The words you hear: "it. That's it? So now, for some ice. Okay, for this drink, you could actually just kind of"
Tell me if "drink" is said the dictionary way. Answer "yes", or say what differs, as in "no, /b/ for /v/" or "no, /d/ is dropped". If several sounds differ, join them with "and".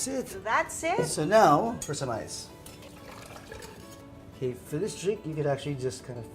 no, /ŋ/ is dropped